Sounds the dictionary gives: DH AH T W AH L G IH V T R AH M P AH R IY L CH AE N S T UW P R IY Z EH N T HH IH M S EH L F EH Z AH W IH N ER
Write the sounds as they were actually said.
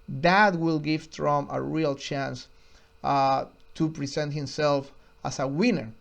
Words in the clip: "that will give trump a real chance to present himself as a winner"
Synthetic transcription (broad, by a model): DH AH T W AH L G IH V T R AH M AH R IY L CH AE N S T UW P R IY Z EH N T HH IH M S EH L F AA S AH W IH N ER